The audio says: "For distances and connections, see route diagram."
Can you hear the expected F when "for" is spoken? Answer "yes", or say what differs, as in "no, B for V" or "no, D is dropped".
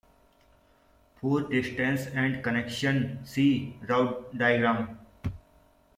no, P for F